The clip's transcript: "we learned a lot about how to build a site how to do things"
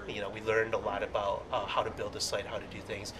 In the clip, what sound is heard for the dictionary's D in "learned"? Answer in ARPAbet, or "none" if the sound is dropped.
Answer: D